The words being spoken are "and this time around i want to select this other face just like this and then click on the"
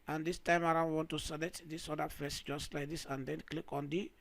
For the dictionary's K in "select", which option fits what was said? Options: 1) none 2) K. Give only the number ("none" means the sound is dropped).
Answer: 1